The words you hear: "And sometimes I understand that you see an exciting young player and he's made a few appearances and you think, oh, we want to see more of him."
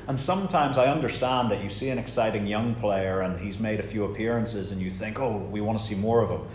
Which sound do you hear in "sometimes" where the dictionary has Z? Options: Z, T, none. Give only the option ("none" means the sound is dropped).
Z